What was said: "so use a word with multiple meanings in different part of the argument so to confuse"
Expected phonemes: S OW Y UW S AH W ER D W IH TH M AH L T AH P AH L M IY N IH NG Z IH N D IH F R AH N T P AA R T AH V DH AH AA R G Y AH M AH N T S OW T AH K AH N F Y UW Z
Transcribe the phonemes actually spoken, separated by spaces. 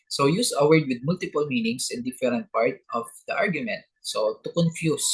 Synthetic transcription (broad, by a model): S OW Y UW S AH W ER D W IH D M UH L T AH P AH L M IY N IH NG S IH N D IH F R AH N T P AA R T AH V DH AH AA R G Y AH M AH N T S OW T AH K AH N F Y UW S